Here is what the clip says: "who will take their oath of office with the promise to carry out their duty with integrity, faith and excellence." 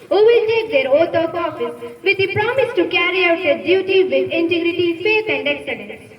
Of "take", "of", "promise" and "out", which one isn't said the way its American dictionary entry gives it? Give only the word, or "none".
of